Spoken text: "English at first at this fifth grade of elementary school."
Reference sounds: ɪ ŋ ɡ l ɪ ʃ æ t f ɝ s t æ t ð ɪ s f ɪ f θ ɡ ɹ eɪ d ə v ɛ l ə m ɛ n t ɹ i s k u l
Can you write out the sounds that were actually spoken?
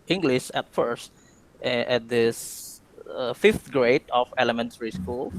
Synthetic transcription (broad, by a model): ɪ ŋ ɡ l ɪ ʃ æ t f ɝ s t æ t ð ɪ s f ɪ f t ɡ ɹ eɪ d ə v ɛ l ə m ɛ n t ɹ i s k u l